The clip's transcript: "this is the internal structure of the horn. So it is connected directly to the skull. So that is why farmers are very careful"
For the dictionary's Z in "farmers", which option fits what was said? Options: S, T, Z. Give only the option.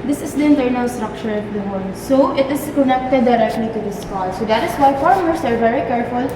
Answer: S